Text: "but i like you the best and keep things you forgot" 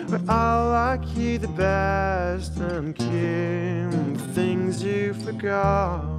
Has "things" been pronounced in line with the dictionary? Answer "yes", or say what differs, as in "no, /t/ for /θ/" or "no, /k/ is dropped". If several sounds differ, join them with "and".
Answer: yes